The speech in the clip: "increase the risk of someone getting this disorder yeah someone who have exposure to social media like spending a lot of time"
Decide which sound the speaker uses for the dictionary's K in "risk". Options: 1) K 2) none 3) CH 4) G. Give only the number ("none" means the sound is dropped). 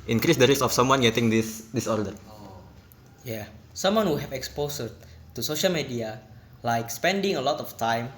2